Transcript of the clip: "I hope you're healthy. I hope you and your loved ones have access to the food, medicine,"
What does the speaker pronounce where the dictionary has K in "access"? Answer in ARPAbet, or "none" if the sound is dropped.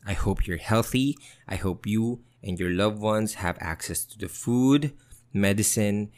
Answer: K